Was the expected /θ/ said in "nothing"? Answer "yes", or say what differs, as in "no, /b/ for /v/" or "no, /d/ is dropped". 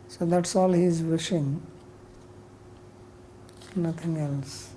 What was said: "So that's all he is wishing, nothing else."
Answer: no, /t/ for /θ/